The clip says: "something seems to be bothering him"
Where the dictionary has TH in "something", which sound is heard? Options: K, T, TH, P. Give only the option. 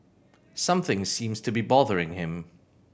TH